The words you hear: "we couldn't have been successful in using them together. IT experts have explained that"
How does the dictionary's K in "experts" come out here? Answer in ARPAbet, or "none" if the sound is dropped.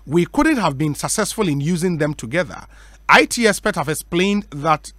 none